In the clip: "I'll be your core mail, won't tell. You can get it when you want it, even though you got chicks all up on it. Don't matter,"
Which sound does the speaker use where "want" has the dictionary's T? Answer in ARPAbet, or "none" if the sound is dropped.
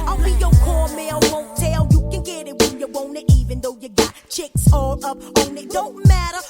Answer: none